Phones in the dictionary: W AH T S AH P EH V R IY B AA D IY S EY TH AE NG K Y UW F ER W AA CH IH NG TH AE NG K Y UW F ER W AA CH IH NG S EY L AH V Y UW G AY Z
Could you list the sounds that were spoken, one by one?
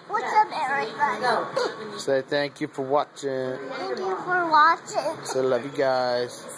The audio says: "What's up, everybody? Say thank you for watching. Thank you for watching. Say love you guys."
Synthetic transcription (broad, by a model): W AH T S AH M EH R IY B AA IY S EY TH AE NG K Y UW F ER W AA CH IH NG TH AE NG K Y UW F ER W AA CH IH NG S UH L AH V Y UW G AY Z